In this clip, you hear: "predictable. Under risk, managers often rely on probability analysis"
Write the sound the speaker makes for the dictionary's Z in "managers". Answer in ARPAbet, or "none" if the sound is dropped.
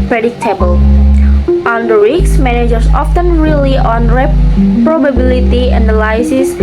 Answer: S